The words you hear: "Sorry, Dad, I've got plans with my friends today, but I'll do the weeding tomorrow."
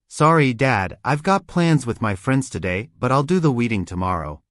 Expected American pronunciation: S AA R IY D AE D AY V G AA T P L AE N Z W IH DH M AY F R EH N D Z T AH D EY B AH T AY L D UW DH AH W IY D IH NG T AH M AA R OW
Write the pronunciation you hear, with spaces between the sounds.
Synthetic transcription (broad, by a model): S AA R IY D AE D AY V G AA T P L AE N Z W IH DH M AY F R EH N D Z T AH D EY B AH T AY L D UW DH AH W IY D IH NG T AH M AA R OW